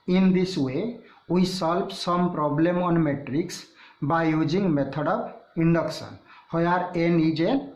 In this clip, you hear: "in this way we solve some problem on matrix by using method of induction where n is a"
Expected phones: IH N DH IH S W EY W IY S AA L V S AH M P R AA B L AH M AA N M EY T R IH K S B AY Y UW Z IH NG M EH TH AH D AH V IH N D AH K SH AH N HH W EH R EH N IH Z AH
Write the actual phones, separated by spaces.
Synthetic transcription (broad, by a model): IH N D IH S W EY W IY S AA L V S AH M P R AA B L AH M AA N M EY T R IH K S B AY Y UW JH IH NG M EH T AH D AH B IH N D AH K S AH N HH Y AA R EH N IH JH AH